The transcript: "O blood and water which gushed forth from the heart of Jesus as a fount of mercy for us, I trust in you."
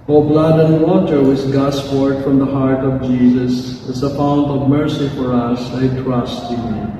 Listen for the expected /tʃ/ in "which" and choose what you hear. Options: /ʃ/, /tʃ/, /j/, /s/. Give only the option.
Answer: /s/